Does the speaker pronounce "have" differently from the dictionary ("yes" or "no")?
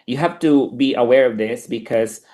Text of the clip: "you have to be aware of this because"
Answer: yes